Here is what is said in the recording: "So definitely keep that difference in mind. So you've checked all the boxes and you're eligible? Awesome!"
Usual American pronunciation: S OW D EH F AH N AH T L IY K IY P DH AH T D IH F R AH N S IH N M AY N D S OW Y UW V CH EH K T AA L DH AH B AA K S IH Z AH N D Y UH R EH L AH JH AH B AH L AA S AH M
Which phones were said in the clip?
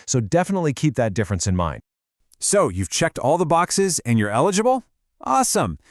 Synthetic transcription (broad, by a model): S OW D EH F AH N AH T L IY K IY P DH AH T D IH F R AH N S IH N M AY N D S OW Y UW V CH EH K T AA L DH AH B AA K S IH Z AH N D Y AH R EH L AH JH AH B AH L AA S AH M